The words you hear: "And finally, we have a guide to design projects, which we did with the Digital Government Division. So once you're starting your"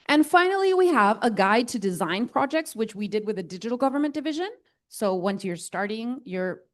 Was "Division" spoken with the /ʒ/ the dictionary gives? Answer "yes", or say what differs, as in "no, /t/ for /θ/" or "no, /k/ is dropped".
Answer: yes